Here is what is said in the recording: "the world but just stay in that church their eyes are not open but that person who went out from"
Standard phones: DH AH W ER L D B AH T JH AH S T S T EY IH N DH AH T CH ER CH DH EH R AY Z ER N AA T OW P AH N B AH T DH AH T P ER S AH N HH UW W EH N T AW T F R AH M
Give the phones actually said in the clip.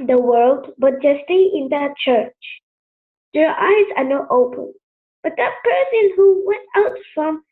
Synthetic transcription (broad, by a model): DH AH W ER L D B AH T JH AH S S T EY IH N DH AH T CH ER CH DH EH R AY Z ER N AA T OW P AH N B AH T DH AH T P ER S AH N HH UW W EH N T AW T F R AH M